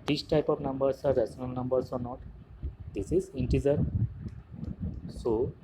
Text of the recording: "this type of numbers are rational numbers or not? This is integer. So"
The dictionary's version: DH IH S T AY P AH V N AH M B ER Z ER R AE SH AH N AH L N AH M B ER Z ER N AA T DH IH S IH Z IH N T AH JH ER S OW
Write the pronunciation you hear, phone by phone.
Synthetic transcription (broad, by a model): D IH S T AY P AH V N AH M B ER S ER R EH S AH N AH L N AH M B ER S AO N AA T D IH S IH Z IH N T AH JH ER S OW